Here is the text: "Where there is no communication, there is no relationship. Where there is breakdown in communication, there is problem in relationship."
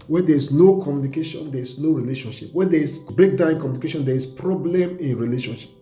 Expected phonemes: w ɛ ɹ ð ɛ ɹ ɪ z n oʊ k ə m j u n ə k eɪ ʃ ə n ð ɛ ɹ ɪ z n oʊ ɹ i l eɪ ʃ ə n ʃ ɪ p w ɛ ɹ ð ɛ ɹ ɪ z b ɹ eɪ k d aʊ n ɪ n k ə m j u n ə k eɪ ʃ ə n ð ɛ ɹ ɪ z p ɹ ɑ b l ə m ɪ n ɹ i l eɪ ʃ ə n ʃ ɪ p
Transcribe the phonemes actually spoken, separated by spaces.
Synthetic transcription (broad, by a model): w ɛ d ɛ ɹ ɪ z n oʊ k ə m j u n ə k eɪ ʃ ə n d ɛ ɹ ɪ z n oʊ ɹ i l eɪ ʃ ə n ʃ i p w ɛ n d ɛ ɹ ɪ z b ɹ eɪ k d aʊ ɪ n k ə m j u n ə k eɪ ʃ ə n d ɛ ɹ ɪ s p ɹ ɑ b l ə m ɪ n ɹ i l eɪ ʃ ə n ʃ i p